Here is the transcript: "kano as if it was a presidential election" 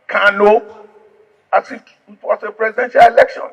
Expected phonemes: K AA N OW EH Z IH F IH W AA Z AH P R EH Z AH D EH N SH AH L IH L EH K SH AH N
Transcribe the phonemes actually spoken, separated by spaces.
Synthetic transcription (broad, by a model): K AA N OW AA S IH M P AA S AH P R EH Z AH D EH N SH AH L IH L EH K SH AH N